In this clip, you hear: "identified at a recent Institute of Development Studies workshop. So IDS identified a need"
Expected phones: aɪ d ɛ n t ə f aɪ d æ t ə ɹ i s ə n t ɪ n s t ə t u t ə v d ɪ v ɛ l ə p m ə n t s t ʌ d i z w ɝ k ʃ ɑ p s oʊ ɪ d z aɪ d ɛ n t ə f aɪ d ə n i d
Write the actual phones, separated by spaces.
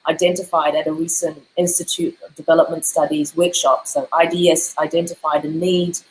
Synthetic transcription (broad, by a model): aɪ d ɛ n t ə f aɪ d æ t ə ɹ i s ə n t ɪ n s t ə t u t ə v d ɪ v ɛ l ə p m ə n t s t ʌ d i z w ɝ k ʃ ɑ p s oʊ ɪ d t aɪ d ɛ n t ə f aɪ d ə n i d